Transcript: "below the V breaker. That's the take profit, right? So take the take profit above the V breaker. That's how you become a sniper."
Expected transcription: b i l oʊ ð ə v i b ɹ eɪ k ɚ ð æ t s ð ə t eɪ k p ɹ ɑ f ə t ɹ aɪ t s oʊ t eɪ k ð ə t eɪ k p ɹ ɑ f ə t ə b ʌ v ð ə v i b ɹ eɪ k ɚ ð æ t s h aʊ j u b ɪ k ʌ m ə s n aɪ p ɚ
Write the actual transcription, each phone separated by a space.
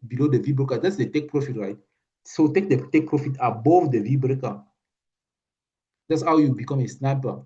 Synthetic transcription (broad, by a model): b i l oʊ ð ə v i b ɹ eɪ k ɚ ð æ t s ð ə t eɪ k p ɹ ɑ f ə t ɹ aɪ t s oʊ t eɪ k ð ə t eɪ k p ɹ ɑ f ə t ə b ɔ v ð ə v i b ɹ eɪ k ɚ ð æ t s h aʊ j u b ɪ k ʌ m ə s n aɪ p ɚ